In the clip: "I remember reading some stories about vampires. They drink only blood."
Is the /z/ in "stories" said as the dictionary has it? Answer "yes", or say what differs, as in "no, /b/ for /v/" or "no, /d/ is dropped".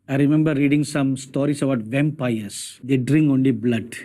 no, /s/ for /z/